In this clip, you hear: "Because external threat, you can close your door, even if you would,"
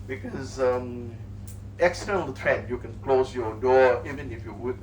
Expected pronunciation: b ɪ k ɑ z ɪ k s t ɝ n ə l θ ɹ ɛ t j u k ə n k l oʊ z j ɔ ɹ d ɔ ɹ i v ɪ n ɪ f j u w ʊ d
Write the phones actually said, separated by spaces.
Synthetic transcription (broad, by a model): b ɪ k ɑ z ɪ k s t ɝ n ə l t ɹ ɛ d j u k ə n k l oʊ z j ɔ d ɔ i v ɪ n ɪ f j u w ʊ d